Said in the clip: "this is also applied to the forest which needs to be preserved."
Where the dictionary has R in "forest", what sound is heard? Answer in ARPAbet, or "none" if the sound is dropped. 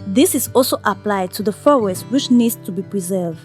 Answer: W